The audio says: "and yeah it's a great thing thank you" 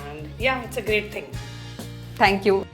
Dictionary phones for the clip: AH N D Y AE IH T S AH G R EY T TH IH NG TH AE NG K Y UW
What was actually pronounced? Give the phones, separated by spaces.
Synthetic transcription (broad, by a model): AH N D Y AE IH T S AH G R EY T T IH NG T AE NG K Y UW